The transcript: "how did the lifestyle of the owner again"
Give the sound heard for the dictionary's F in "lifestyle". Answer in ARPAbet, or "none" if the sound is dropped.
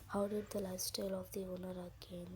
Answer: none